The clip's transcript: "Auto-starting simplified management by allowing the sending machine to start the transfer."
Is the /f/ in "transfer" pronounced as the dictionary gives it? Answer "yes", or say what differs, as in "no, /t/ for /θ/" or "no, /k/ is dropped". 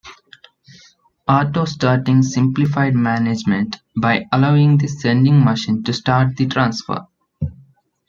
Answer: yes